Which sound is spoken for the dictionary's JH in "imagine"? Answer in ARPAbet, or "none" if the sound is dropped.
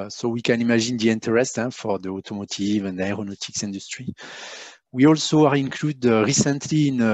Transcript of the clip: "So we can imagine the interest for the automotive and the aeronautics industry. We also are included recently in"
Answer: ZH